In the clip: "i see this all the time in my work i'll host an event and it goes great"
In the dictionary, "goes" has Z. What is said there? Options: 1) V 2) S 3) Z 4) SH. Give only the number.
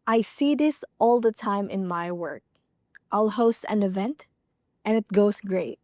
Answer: 2